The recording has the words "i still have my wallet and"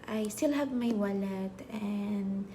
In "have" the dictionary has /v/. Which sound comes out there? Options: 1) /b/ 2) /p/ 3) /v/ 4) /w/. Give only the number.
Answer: 1